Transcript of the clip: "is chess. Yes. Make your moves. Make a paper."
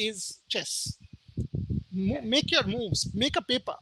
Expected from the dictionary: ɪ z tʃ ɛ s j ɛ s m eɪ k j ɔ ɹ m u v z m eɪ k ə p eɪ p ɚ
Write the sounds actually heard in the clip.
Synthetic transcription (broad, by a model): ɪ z tʃ ɛ s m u m eɪ k j ɔ ɹ m u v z m eɪ k ə p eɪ p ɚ